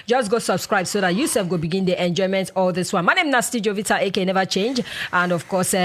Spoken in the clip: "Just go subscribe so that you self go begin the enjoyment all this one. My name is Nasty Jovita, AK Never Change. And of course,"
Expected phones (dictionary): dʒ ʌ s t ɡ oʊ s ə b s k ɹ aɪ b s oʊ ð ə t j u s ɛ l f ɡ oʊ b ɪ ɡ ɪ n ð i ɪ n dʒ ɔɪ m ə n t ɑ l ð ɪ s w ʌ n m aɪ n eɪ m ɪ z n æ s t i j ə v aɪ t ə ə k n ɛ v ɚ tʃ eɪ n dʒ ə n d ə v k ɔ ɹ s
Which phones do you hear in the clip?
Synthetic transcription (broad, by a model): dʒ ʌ s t ɡ oʊ s ə b s k ɹ aɪ b s oʊ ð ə t j u s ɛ f ɡ oʊ b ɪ ɡ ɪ n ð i ɪ n dʒ ɔɪ m ə n t ɑ l ð ɪ s w ʌ n m aɪ n eɪ m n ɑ s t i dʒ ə v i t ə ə k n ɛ v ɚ tʃ eɪ n dʒ ə n d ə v k ɔ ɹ s